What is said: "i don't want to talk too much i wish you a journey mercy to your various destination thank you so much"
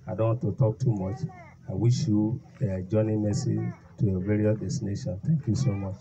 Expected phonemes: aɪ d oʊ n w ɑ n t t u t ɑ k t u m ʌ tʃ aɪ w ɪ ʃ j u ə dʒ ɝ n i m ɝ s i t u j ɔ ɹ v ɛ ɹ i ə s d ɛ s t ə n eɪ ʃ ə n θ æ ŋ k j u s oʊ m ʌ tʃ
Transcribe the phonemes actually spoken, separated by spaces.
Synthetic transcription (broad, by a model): aɪ d oʊ n w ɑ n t t u t ɑ k t u m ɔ tʃ aɪ w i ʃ j u ə dʒ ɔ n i m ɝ s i t u j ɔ v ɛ ɹ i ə d ɛ s t ə n eɪ ʃ ə n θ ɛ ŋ k j u s oʊ m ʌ tʃ